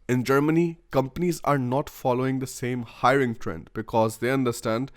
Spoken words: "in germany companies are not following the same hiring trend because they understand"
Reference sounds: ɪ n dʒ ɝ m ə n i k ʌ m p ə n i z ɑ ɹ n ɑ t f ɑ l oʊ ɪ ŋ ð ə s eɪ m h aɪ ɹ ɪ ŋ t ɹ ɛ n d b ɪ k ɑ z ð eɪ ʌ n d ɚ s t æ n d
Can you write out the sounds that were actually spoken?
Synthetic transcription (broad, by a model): ɪ n dʒ ɝ m ə n i k ʌ m p ə n i z ɑ ɹ n ɑ t f ɑ l oʊ ɪ ŋ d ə s eɪ m h aɪ ɹ ɪ ŋ t ɹ ɛ n d b ɪ k ɑ z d eɪ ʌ n d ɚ s t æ n d